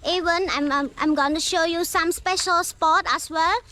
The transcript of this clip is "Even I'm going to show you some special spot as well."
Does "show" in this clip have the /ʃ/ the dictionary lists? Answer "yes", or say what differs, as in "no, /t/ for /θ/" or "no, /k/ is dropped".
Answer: yes